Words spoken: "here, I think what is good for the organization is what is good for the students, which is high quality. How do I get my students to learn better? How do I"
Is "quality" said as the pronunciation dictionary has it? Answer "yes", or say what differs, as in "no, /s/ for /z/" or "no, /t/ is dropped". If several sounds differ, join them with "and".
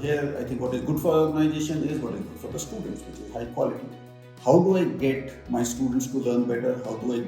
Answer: yes